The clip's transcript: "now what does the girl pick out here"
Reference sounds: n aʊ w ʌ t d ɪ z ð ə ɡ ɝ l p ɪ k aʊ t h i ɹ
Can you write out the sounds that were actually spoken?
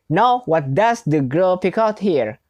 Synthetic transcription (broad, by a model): n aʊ w ʌ t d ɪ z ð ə ɡ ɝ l p ɪ k aʊ t h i ɹ